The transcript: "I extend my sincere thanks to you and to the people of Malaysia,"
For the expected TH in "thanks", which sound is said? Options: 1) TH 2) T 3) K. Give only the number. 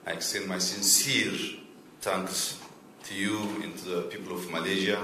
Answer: 2